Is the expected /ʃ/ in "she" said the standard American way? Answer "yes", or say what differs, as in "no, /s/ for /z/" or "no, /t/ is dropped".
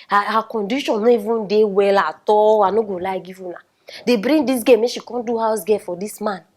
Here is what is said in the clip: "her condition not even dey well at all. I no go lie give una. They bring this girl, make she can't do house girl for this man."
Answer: yes